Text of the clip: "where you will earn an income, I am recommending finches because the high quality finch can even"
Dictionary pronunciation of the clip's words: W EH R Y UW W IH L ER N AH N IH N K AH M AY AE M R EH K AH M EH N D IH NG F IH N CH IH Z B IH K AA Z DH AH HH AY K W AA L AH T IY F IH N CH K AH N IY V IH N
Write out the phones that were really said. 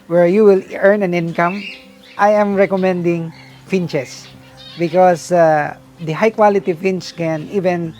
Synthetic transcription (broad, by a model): W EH R Y UW W IH L ER N AH N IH N K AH M AY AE M R EH K AH M EH N D IH NG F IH N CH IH S B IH K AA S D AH HH AY K W AA L AH T IY F IH N CH K AH N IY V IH N